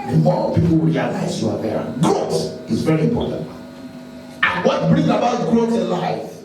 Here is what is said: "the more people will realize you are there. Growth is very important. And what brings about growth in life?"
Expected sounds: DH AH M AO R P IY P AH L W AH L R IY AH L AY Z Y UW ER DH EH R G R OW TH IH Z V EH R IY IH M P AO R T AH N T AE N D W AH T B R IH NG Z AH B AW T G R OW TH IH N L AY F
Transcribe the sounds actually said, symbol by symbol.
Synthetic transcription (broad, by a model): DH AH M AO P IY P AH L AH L R IY AH L AY Z Y UW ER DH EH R G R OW S IH Z V EH R IY IH M P AO R T AH N T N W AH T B R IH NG AH B AW T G R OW IH N L AY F